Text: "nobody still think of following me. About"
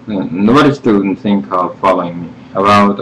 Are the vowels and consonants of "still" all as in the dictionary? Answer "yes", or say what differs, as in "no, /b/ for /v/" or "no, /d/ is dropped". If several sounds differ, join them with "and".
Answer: no, /n/ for /l/